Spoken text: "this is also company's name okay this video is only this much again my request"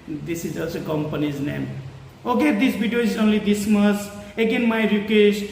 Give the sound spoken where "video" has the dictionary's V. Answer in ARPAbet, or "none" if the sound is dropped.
B